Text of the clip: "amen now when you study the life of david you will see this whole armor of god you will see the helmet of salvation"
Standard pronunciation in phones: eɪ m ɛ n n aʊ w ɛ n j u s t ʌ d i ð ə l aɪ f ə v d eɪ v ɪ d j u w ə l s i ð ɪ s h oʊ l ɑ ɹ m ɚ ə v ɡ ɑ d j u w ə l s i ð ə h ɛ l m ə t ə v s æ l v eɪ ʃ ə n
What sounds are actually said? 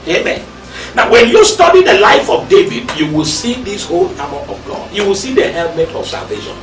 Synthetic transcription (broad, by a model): eɪ m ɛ n n aʊ w ɛ n j u s t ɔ d i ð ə l aɪ f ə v d eɪ v ɪ d j u w ə l s i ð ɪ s h oʊ l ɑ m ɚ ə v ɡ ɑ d j u w ə l s i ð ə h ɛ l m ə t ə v s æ l v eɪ ʃ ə n